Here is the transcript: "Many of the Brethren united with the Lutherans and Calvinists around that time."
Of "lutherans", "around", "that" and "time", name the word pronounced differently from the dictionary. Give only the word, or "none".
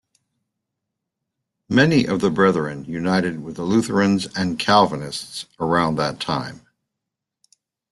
none